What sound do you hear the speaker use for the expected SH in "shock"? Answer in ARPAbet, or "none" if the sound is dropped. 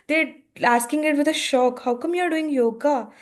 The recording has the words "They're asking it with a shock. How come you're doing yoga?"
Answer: SH